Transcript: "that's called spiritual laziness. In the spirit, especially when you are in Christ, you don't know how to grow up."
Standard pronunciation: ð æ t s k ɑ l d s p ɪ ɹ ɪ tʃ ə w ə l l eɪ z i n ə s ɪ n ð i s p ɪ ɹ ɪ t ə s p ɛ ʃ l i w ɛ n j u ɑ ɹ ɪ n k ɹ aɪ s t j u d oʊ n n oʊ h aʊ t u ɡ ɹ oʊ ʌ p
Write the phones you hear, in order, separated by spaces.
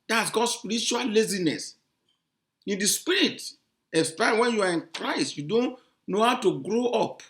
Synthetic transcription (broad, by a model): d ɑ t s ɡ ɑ d s p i ɹ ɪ tʃ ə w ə l l eɪ z i n ə s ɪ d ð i s p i ɹ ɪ t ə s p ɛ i w ɛ n j u ɑ ɹ ɪ n k ɹ aɪ s t j u d oʊ n n oʊ h aʊ t u ɡ ɹ oʊ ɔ p